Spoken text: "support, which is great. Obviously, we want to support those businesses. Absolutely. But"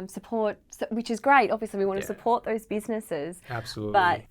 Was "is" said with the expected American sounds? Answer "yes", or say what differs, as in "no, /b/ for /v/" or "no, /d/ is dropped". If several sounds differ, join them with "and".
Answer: yes